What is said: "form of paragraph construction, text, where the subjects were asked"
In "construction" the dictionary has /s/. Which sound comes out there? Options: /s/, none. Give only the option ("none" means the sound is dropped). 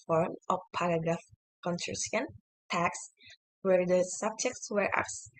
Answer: none